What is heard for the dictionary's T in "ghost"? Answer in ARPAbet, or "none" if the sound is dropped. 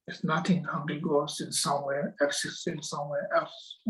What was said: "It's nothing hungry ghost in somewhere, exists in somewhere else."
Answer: none